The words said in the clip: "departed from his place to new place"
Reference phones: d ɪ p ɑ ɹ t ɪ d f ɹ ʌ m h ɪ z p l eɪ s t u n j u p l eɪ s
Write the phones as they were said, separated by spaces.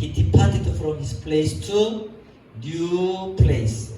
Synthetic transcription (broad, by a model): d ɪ p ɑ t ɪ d f ɹ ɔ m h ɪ s p l eɪ s t u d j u p l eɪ s